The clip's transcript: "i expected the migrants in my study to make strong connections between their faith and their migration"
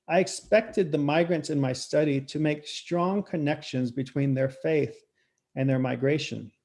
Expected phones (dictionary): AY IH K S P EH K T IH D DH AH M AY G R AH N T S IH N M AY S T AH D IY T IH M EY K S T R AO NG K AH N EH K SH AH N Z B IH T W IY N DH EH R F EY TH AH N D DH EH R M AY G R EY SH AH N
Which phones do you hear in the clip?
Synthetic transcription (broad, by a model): AY IH K S P EH K T IH D DH AH M AY G R AH N T S IH N M AY S T AH D IY T IH M EY K S T R AO NG K AH N EH K SH AH N Z B IH T W IY N DH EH R F EY TH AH N DH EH R M AY G R EY SH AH N